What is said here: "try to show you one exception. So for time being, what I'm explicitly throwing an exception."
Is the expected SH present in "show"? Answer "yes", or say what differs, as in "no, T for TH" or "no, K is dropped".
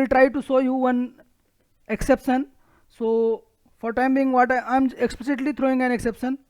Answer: no, S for SH